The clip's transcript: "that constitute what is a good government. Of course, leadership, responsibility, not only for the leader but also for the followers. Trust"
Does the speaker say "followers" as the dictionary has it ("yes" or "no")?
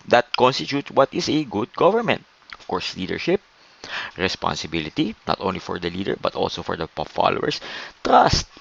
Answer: no